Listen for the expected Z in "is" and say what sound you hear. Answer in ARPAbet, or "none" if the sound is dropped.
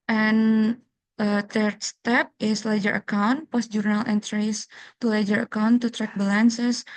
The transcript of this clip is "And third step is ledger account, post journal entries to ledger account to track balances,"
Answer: S